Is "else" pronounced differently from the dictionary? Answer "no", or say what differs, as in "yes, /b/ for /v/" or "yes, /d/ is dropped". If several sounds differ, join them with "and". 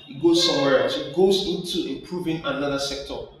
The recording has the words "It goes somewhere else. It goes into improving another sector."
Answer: yes, /l/ is dropped